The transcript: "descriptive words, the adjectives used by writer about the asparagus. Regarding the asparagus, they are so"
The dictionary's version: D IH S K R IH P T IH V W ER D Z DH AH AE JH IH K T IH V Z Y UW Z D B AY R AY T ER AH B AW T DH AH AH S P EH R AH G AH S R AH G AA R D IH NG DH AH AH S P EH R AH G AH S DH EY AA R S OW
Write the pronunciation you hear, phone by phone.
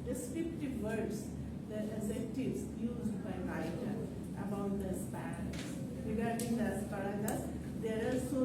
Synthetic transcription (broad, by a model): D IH S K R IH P T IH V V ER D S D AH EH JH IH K T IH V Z Y UW Z D B AY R AY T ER AH B AW T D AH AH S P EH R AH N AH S R AH G AA R D IH NG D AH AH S P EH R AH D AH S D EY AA L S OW